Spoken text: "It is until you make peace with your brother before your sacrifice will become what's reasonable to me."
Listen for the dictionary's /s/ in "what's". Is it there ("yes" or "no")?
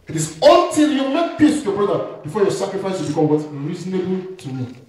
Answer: no